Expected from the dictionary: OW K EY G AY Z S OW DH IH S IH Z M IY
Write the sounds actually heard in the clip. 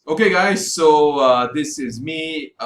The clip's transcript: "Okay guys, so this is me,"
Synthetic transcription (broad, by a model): OW K EY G AY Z S OW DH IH S IH Z M IY